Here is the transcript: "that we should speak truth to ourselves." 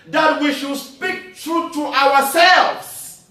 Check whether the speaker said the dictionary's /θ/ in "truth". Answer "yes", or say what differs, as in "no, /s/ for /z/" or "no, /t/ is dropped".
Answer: no, /t/ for /θ/